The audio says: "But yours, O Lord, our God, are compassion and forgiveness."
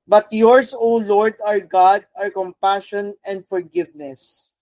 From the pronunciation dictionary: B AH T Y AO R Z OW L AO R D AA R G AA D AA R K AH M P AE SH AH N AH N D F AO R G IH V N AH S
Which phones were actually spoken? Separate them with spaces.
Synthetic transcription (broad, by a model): B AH T Y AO R S OW L AO R D AA R G AA D AA R K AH M P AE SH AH N AH N D F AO R G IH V N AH S